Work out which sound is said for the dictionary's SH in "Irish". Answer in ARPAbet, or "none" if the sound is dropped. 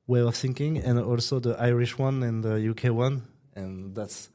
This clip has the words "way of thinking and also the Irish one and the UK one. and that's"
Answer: SH